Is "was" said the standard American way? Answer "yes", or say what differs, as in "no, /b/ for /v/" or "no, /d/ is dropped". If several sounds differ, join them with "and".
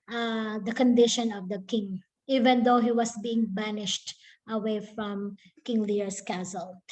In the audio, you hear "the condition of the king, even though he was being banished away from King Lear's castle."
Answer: no, /s/ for /z/